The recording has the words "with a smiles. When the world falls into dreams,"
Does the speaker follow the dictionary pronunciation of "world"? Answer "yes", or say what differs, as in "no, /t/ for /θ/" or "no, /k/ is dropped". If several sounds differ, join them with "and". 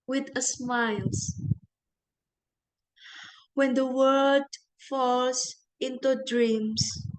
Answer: no, /l/ is dropped